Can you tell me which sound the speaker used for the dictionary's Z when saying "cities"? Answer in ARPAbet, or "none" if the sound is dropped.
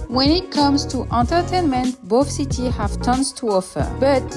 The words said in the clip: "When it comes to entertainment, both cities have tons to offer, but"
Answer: none